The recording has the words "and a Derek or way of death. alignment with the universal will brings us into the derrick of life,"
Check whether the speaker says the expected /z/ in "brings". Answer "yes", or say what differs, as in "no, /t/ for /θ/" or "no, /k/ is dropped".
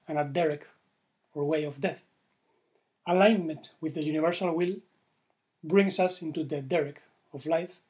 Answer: no, /s/ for /z/